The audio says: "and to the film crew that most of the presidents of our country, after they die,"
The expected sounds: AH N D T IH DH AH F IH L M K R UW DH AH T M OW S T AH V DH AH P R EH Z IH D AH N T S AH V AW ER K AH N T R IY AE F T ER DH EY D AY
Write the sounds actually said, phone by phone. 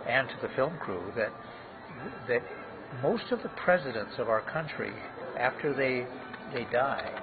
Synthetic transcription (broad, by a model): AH N T IH DH AH F IH L M K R UW DH AH T M OW S T AH V DH AH P R EH Z IH D AH N T S AH V AW ER K AH N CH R IY AE F T ER DH EY D AY